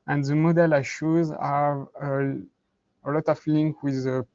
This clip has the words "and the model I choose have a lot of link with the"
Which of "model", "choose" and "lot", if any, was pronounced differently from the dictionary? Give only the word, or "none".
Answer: choose